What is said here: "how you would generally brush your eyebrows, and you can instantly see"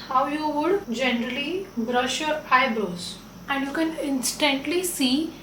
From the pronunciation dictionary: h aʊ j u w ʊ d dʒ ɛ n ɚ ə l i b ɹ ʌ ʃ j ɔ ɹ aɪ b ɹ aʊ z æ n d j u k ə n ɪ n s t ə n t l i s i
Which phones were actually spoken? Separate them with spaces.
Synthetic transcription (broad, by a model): h aʊ j u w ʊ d dʒ ɛ n ɚ ə l i b ɹ ʌ ʃ j ɔ ɹ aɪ b ɹ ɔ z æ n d j u k ə n ɪ n s t ə n t l i s i